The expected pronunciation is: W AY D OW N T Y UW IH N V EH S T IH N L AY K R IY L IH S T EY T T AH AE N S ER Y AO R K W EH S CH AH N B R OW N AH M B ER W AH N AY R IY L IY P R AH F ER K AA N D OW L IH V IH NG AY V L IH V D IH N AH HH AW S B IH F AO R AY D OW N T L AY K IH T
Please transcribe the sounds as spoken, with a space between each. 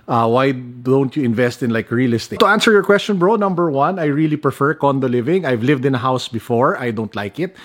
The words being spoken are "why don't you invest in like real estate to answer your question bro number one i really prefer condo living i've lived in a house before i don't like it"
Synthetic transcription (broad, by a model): W AY D OW N T Y UW IH N V EH S T IH N L AY K R IY L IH S T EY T T AH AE N S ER Y AO R K W EH S CH AH N B R OW N AH M B ER W AH N AY R IY L IY P R AH F ER K AA N D OW L IH V IH NG AY V L IH V D IH N AH HH AW S B IH F AO R AY D OW N T L AY K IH T